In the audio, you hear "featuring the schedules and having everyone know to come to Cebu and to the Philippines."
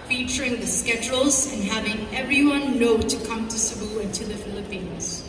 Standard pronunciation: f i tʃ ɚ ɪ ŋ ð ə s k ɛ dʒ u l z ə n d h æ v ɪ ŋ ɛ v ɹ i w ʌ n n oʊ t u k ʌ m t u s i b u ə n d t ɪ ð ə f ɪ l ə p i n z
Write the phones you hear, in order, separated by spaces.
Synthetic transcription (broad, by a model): f i tʃ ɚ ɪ ŋ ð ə s k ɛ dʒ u l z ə n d h æ v ɪ ŋ ɛ v ɹ i w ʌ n n oʊ t u k ʌ m t u s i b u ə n t ɪ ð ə f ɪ l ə p i n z